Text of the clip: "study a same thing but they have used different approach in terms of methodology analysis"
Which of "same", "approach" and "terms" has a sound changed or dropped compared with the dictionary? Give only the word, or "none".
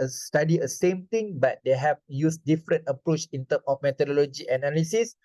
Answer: terms